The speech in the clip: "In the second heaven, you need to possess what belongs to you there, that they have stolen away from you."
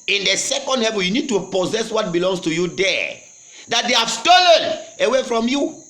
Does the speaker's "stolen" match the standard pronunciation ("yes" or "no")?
yes